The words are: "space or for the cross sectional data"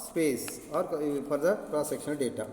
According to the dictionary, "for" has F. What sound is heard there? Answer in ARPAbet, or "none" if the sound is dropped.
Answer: P